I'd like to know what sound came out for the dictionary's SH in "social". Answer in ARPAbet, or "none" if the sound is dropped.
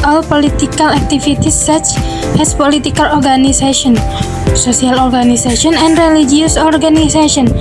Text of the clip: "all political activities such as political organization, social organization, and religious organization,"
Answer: S